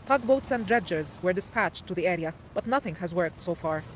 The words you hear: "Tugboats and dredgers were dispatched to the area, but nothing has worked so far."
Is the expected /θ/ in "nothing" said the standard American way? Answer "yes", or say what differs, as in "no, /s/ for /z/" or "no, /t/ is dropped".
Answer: yes